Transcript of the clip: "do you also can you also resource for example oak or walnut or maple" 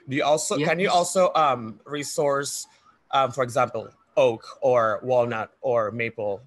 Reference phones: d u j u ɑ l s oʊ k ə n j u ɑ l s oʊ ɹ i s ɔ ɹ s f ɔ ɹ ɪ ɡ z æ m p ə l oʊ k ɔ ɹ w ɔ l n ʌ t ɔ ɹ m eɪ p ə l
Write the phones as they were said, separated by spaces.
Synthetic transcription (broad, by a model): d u j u ɑ l s oʊ k ə n j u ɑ l s oʊ ɹ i s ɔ ɹ s f ɔ ɹ ɪ ɡ z æ m p ə l oʊ k ɔ ɹ w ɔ l n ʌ t ɔ ɹ m eɪ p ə l